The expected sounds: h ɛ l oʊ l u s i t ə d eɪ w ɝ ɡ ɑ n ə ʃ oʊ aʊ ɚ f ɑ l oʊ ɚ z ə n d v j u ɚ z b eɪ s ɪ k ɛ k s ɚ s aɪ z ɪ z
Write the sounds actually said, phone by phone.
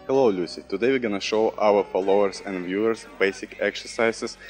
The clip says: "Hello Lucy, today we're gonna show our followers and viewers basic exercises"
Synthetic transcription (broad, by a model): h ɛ l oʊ l u s i t ə d eɪ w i ɡ ɑ n ə ʃ oʊ aʊ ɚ f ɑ l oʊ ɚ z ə n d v j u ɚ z b eɪ s ɪ k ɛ k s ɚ s aɪ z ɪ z